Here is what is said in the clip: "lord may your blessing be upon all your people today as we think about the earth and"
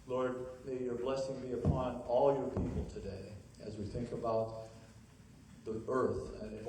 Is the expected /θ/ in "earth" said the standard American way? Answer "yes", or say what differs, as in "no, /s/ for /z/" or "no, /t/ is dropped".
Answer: yes